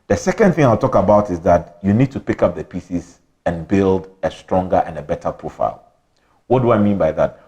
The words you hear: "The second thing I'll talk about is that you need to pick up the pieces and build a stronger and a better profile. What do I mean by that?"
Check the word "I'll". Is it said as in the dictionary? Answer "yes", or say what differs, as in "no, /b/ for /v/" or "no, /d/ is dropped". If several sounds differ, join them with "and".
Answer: yes